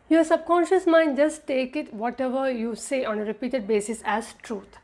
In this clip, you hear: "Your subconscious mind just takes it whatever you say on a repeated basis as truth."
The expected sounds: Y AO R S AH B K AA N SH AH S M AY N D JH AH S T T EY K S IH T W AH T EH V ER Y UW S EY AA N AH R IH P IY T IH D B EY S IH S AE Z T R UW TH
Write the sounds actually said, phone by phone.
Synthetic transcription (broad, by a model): Y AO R S AH B K AA N SH AH S M AY N D JH AH S T T EY K IH T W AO T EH V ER Y UW S EY AA N AH R IH P IY T IH D B EY S IH S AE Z T R UW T